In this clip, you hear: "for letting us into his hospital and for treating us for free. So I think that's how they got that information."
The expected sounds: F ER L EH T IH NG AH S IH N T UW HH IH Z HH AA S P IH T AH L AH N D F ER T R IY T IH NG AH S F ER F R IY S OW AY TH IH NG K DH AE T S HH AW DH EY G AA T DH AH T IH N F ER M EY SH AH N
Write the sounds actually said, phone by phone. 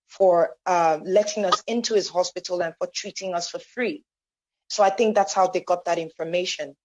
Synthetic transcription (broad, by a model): F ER L EH T IH NG AH S IH N T UW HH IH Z HH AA S P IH T L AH N F ER T R IY T IH NG AH S F ER F R IY S OW AY TH IH NG K DH AE T S HH AW DH EY G AA T DH AH T IH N F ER M EY SH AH N